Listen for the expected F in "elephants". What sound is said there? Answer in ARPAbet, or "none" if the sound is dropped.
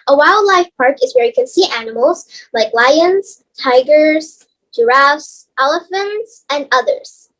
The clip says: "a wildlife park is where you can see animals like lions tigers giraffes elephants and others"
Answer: F